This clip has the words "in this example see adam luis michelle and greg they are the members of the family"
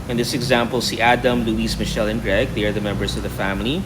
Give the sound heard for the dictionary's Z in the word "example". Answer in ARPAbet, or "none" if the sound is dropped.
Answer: Z